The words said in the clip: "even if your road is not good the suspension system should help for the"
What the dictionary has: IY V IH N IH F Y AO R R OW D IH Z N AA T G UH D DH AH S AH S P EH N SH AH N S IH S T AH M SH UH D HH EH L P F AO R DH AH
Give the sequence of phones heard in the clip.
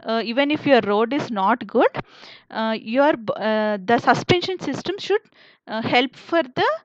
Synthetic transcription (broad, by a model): IY V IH N IH F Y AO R R OW D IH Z N AA T G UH D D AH S AH S P EH N SH AH N S IH S T AH M SH UH D HH EH L P F AO R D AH